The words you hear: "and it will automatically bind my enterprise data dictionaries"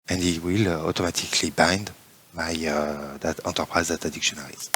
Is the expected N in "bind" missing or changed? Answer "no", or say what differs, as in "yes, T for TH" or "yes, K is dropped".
no